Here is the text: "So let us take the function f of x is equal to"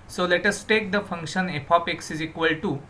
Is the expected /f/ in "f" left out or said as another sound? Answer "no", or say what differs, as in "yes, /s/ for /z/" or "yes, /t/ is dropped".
yes, /p/ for /f/